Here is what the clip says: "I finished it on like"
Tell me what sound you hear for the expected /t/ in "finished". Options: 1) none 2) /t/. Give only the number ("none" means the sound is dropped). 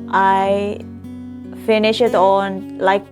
1